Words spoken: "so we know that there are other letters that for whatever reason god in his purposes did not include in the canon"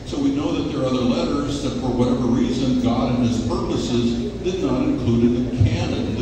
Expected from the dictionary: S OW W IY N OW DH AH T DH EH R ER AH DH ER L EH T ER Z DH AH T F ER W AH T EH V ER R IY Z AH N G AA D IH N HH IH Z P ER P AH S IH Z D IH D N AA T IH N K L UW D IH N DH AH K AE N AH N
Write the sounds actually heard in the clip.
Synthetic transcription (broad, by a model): S OW W IY N OW DH AH T DH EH R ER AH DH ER L EH T ER Z DH AH T F ER W AH T EH V ER R IY Z AH N G AA D IH N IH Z P ER P AH S IH Z D IH D N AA T IH N K L UW D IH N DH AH K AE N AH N